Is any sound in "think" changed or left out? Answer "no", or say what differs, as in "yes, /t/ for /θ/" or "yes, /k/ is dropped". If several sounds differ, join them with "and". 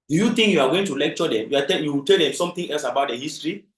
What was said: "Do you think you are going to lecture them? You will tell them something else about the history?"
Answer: yes, /t/ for /θ/